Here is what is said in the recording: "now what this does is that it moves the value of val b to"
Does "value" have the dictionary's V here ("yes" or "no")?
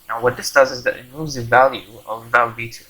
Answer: yes